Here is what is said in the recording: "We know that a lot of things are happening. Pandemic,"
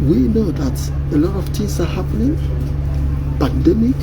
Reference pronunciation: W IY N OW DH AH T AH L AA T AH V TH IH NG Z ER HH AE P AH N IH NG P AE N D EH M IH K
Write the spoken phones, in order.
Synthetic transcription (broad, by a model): W IY N OW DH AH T AH L AA T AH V T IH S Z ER HH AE P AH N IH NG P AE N D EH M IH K